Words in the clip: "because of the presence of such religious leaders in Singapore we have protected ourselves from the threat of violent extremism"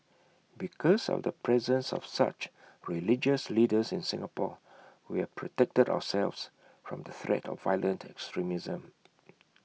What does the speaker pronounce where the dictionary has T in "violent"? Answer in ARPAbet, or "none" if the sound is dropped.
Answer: T